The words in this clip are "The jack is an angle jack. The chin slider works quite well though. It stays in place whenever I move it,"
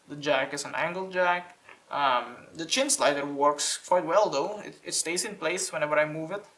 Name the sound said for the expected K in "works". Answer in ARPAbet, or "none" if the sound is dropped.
K